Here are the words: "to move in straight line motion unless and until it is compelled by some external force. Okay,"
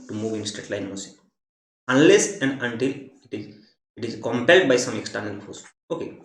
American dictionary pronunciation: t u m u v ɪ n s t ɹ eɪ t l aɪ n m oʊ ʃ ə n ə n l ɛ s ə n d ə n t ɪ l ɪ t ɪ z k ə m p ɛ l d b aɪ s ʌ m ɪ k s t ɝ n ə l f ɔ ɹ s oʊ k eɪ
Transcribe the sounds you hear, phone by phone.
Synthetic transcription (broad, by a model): t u m u v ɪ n s t ɹ eɪ t l aɪ n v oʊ s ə ə n l ɛ s ə n d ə n t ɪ l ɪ t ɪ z k ə m p ɛ l d b aɪ s ʌ m ɪ k s t ɝ n ə l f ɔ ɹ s oʊ k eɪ